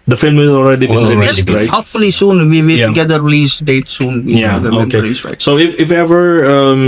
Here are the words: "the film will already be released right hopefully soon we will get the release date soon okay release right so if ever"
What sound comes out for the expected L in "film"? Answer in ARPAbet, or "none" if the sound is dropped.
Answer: L